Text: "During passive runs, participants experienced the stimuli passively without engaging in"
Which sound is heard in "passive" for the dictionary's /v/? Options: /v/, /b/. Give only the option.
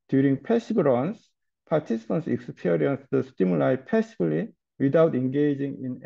/b/